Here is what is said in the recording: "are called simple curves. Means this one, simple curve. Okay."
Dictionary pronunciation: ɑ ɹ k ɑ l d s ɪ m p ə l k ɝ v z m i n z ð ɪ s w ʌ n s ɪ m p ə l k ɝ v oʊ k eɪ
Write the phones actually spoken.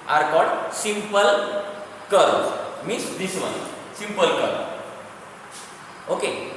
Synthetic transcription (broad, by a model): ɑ ɹ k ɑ d s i m p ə l k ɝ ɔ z m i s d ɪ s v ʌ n s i m p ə l k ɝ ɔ oʊ k eɪ